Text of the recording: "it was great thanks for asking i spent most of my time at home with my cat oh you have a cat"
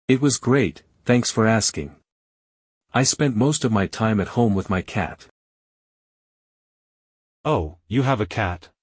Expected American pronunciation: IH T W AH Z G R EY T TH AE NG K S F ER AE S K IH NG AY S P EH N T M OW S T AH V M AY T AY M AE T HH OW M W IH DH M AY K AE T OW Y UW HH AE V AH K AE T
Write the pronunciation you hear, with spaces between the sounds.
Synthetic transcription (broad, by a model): IH T W AH Z G R EY T TH AE NG K S F ER AE S K IH NG AY S P EH N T M OW S T AH V M AY T AY M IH T HH OW M W IH DH M AY K AE T OW Y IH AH V AH K AE T